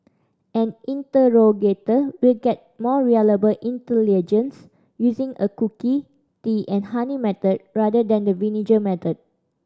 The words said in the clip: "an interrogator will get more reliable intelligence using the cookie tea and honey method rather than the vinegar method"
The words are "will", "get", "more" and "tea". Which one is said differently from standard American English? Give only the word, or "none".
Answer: none